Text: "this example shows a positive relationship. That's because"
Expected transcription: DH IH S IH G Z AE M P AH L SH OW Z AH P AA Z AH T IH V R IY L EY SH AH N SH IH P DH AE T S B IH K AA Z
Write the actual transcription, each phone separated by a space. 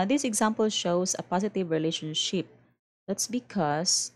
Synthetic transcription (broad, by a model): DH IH S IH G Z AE M P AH L SH OW S AH P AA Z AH T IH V R IY L EY SH AH N SH IH P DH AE T S B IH K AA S